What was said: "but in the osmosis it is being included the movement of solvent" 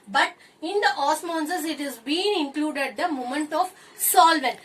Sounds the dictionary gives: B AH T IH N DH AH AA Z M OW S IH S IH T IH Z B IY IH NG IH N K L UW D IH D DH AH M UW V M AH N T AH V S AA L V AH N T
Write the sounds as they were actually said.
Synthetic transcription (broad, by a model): B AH T IH N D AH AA S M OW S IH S IH T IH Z B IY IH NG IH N K L UW D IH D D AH M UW M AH N T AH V S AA L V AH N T